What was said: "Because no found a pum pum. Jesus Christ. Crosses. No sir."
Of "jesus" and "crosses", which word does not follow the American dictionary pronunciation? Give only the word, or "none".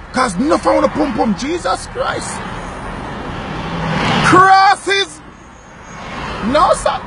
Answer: none